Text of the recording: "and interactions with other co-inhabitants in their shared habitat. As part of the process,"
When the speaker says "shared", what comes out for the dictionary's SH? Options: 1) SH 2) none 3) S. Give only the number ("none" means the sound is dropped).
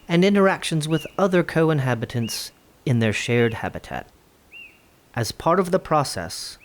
1